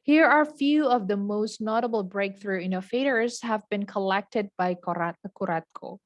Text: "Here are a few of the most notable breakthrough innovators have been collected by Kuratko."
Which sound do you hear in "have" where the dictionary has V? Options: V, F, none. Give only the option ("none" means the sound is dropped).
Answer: V